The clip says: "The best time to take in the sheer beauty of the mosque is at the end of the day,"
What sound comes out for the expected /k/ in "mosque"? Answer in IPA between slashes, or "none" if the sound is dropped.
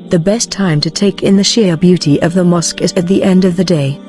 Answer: /k/